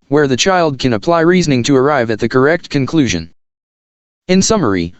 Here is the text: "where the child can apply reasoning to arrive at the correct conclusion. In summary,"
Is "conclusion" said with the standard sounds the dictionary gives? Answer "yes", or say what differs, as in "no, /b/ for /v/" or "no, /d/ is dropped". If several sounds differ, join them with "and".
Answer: yes